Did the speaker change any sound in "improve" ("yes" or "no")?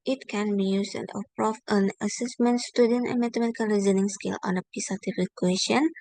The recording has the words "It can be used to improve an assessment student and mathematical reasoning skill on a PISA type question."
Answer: yes